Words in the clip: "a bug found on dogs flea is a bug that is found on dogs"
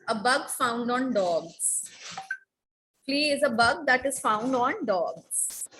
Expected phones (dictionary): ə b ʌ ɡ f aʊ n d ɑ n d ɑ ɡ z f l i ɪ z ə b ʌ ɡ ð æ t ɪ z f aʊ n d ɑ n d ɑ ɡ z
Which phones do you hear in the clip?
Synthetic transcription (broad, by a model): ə b ʌ ɡ f aʊ n d ɑ n d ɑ ɡ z p l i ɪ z ə b ʌ ɡ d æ t ɪ z f aʊ n d ɑ n d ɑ ɡ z